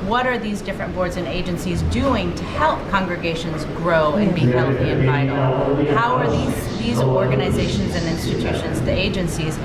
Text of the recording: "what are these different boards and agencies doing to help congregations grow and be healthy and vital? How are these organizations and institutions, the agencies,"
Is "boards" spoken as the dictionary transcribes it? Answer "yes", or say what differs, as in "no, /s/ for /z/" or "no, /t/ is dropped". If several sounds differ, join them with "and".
yes